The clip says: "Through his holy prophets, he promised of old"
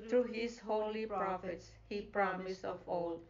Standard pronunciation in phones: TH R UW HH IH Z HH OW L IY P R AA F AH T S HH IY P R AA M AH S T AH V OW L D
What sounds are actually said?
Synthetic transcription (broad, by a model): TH R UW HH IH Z HH OW L IY P R AA F AH T S HH IY P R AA M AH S AH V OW L